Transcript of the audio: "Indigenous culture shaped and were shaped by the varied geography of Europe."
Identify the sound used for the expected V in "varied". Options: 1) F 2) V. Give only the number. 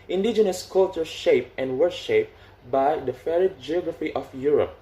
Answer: 1